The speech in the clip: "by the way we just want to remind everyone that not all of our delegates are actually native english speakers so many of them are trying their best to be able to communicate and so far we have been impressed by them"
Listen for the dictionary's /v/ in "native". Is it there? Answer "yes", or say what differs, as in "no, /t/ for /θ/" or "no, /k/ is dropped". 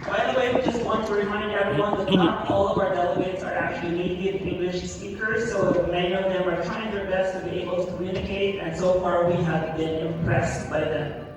no, /f/ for /v/